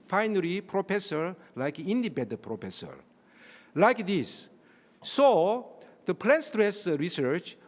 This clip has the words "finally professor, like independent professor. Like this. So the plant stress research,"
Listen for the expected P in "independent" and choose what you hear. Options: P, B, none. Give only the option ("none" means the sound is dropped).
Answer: B